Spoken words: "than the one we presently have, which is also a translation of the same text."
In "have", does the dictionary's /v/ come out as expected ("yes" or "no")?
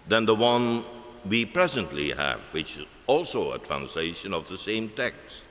yes